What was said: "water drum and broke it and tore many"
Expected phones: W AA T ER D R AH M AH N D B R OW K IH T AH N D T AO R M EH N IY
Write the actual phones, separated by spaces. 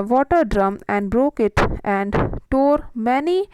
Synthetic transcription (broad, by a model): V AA T ER D R AH M AH N D B R OW K IH T AH N D T AO R M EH N IY